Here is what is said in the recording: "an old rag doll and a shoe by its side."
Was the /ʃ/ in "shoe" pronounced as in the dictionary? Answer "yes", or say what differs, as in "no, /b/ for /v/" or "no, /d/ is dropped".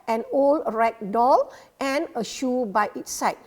yes